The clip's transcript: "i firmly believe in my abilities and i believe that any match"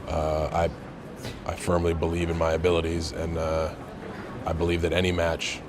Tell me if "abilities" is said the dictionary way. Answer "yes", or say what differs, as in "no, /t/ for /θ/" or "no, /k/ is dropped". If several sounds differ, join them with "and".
yes